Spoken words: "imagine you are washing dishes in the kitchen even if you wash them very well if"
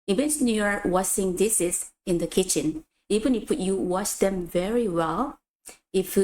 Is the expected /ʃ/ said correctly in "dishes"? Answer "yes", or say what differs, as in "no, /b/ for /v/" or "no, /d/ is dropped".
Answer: no, /s/ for /ʃ/